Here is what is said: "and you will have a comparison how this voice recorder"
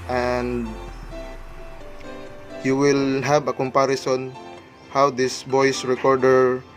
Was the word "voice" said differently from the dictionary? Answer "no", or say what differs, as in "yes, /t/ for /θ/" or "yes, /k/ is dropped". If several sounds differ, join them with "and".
yes, /b/ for /v/